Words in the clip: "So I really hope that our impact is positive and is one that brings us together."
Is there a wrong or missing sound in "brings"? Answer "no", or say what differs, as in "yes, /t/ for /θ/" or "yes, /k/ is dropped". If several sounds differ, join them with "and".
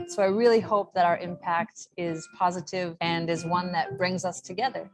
no